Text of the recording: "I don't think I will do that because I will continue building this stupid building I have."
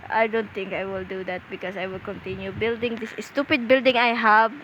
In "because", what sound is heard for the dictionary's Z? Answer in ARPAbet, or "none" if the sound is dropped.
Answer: S